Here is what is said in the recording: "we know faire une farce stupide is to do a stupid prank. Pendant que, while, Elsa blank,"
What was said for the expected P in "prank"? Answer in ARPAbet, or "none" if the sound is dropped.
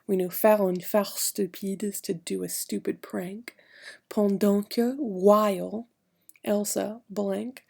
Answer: P